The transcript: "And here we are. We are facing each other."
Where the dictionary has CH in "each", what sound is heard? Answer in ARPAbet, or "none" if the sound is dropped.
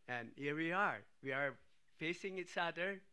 S